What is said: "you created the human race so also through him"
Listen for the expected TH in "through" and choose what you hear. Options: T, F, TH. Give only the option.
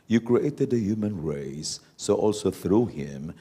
TH